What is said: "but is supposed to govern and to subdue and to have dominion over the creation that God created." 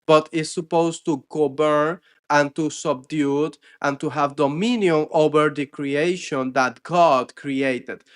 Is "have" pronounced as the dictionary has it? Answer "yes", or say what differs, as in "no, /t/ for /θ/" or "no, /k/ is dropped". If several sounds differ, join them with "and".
yes